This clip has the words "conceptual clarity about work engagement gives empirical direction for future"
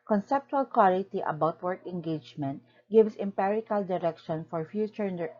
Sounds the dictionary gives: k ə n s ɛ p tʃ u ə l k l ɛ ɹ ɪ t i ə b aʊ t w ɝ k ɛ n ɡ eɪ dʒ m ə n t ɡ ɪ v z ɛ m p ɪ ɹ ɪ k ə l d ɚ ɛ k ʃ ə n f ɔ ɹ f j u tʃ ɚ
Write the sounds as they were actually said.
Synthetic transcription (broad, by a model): k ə n s ɛ p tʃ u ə l k w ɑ l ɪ t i ə b aʊ t w ɝ k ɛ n ɡ eɪ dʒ m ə n t ɡ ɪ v s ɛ m p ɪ ɹ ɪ k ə l d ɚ ɛ k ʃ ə n f ɔ ɹ f j u tʃ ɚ